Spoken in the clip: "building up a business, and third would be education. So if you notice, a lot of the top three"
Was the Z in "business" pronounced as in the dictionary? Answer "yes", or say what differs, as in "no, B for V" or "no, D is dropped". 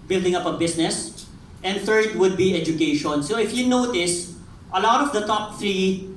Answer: no, S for Z